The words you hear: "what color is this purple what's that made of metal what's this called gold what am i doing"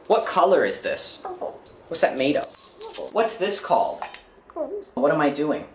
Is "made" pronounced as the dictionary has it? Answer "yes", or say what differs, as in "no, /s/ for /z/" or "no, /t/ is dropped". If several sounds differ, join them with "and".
no, /d/ is dropped